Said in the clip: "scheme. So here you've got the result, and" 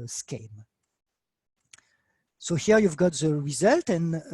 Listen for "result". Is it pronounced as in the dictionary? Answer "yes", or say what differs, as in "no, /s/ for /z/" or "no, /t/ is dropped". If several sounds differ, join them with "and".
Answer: yes